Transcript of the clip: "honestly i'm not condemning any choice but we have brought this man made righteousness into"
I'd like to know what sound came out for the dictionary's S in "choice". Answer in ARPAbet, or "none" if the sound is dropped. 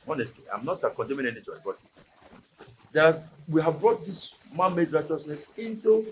none